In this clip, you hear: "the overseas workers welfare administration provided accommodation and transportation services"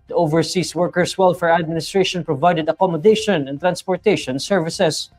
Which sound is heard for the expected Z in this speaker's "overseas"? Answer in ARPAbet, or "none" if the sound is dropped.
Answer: S